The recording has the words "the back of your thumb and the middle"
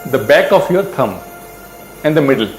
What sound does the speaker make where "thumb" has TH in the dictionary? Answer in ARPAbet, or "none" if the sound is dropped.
T